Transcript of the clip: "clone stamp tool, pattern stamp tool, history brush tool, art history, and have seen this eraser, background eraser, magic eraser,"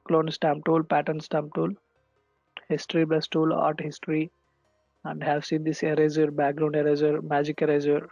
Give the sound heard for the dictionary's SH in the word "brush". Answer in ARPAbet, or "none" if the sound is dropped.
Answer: S